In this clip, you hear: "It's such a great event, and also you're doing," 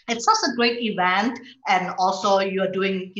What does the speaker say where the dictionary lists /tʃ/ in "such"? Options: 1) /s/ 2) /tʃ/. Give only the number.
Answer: 1